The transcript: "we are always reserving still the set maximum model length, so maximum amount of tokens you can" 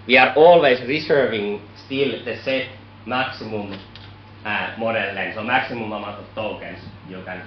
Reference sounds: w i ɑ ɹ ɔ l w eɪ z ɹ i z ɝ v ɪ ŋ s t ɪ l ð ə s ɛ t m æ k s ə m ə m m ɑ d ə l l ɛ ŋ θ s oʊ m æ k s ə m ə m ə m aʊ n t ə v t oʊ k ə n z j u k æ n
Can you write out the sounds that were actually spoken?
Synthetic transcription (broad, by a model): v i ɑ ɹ ɔ l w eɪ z ɹ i s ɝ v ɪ ŋ s t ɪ l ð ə s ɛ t m æ k s ə m ə m m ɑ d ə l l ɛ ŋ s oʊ m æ k s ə m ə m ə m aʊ t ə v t oʊ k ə n s j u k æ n